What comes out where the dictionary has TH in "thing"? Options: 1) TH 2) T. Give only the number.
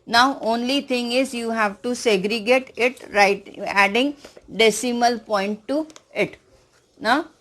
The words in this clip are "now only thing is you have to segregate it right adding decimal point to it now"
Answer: 2